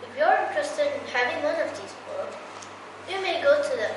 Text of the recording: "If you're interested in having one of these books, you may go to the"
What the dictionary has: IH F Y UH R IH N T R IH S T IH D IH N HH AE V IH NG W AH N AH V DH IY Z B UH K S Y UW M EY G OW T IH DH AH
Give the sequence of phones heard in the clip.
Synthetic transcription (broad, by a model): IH F Y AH R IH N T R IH S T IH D IH N HH AE V IH NG W AH N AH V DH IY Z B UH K Y UW M EY G OW T IH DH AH